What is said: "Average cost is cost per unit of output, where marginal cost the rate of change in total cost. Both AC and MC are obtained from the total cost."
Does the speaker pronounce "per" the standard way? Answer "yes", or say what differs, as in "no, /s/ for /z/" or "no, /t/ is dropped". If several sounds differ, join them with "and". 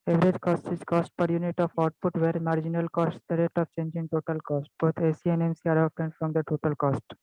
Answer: yes